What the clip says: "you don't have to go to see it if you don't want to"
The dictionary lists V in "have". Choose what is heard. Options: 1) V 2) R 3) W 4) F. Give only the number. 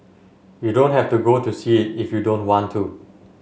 4